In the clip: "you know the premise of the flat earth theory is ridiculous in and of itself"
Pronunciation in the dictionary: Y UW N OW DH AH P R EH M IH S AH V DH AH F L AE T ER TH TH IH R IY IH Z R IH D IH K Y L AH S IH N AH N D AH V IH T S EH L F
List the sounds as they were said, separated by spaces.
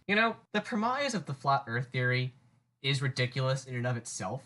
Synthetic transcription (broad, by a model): Y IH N OW DH AH P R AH M IH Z AH V DH AH F L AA T ER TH TH IH R IY IH Z R IH D IH K Y L AH S IH N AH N AH V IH T S EH L F